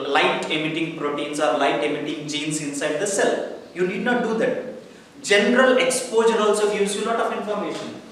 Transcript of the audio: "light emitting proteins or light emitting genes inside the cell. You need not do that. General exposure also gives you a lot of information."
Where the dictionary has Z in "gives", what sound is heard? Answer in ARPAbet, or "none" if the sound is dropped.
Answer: none